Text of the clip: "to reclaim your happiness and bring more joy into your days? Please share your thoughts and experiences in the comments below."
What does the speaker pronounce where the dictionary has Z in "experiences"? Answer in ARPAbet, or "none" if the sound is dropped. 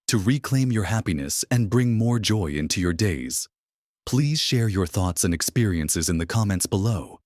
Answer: Z